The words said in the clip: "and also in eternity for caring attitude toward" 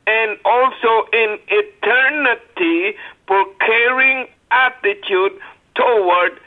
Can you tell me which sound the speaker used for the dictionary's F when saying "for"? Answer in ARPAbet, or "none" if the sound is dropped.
P